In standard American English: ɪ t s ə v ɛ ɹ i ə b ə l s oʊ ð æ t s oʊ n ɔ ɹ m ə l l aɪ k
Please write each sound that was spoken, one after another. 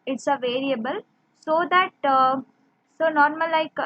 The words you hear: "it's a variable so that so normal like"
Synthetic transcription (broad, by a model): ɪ t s ə v ɛ ɹ i ə b ə l s oʊ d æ t s oʊ n ɔ ɹ m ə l l aɪ k